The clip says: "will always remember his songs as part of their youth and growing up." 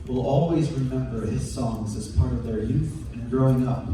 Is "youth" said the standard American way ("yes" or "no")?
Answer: yes